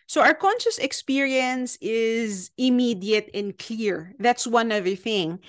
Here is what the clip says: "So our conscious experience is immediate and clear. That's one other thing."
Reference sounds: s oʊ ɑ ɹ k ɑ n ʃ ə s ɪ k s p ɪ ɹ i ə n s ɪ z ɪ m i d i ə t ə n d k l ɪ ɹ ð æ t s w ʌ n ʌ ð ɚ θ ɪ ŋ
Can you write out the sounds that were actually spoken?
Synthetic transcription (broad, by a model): s oʊ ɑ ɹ k ɑ n ʃ ə s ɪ k s p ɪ ɹ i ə n s ɪ z ɪ m i d i ə t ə n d k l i ɹ ð æ t s w ʌ n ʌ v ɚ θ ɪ ŋ